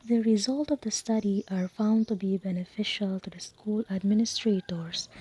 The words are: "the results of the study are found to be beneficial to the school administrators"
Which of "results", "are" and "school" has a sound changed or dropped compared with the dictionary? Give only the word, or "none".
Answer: results